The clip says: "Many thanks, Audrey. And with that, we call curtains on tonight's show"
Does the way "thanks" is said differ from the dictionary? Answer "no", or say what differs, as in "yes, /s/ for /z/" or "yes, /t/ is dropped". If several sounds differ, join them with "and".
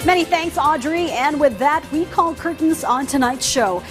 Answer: no